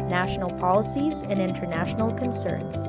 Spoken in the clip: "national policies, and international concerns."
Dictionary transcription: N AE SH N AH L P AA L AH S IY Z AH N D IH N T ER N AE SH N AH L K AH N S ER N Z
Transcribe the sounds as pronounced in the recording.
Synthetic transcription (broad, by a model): N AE SH N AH L P AA L AH S IY Z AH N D IH N T ER N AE SH N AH L K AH N S ER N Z